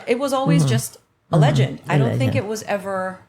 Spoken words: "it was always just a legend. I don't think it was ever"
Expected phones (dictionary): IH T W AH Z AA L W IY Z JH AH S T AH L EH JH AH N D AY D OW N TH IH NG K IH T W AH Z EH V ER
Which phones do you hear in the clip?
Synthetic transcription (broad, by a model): IH T W AH Z AA L W IY Z JH AH S T AH L EH JH AH N D AY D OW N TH IH K IH T W AH Z EH V ER